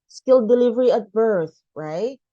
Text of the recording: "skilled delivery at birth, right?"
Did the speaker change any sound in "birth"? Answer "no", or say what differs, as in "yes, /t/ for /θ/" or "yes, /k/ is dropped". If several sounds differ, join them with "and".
no